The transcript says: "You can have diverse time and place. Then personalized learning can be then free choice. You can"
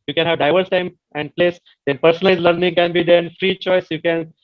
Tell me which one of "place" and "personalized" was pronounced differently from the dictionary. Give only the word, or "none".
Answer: personalized